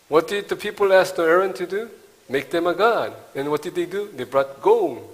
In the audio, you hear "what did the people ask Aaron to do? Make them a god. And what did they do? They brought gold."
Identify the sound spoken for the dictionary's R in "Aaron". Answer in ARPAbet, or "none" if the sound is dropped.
R